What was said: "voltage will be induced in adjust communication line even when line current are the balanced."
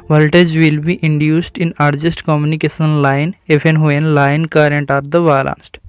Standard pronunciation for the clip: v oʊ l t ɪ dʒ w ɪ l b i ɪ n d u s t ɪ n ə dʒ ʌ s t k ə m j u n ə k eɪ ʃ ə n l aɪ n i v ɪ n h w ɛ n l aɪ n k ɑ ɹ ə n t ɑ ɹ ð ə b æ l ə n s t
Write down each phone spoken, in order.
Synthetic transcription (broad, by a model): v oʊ l t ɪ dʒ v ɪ l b i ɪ n d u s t ɪ n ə dʒ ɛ s t k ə m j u n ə k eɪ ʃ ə n l aɪ n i f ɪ n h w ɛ n l aɪ n k ɑ ɹ ə n t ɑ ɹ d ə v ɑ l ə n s t